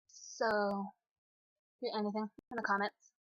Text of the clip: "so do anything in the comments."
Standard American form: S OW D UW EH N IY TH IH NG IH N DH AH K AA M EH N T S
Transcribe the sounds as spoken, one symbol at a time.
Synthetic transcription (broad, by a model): S OW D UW EH N IY TH IH NG IH N DH AH K AA M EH N T S